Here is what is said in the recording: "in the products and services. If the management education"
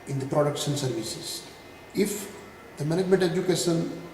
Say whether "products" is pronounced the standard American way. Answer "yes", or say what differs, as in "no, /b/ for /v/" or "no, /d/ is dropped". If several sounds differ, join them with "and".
no, /ʃ/ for /s/